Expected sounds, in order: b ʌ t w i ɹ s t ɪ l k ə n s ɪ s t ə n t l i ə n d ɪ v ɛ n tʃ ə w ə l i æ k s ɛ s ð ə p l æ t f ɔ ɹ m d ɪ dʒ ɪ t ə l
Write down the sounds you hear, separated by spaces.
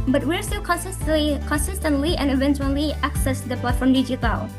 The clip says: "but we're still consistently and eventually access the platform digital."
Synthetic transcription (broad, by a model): b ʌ t w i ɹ s t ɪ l k ə n s ɪ s t ə n t l i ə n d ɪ v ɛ n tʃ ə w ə l i æ k s ɛ s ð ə p l æ t f ɔ ɹ m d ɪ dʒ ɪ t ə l